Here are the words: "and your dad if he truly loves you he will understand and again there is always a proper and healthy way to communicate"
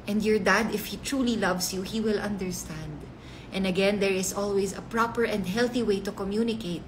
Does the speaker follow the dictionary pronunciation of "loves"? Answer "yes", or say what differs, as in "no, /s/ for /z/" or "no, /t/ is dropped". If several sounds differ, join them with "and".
no, /s/ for /z/